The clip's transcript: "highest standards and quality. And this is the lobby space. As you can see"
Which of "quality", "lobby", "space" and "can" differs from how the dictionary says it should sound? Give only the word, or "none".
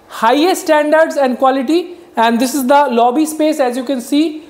none